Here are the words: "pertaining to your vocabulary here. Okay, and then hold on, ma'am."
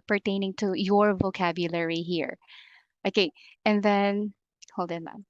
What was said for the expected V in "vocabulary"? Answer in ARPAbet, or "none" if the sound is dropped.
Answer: V